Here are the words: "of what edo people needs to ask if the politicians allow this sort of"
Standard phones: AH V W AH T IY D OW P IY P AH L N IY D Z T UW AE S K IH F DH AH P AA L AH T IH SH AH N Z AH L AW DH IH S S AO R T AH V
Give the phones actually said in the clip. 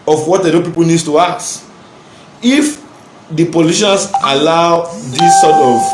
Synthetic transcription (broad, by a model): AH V W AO T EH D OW P IY P AH L N IY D T UW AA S IH F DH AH P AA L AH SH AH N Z AH L AW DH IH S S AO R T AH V